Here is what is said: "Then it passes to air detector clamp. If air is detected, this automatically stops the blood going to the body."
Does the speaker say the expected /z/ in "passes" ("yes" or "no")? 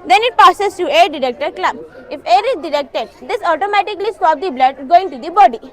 no